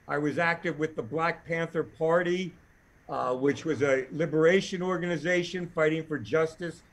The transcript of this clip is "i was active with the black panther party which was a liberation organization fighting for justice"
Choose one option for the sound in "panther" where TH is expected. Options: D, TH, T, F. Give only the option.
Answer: TH